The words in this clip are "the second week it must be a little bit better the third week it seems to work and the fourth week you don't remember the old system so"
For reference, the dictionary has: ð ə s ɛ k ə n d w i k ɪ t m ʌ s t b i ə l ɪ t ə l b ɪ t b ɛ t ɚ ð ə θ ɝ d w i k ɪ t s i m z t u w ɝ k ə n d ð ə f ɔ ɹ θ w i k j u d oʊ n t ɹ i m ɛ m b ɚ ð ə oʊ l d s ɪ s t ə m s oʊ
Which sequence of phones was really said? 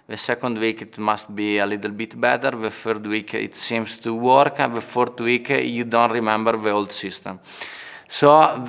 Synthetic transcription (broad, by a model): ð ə s ɛ k ə n d w i k ɪ t m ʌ s t b i ə l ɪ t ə l b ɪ t b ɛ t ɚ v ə f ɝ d w i k ɪ t s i m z t u w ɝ k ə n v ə f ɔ ɹ t w i k j u d oʊ n t ɹ i m ɛ m b ɚ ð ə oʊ l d s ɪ s t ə m s oʊ